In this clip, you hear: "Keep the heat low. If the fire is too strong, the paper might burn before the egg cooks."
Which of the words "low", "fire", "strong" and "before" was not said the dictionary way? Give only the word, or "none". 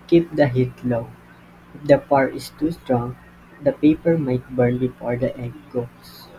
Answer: fire